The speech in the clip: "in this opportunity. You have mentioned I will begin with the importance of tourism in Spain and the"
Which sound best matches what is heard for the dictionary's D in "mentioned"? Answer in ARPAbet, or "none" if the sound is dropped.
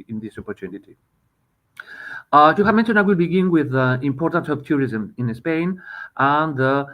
none